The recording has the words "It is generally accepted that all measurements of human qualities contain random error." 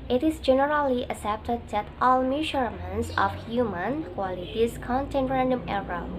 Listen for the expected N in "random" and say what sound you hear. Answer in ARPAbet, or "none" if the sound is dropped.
N